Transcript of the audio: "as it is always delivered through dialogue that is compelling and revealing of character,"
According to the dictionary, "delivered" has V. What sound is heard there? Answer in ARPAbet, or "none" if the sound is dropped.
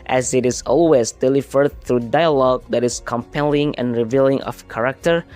F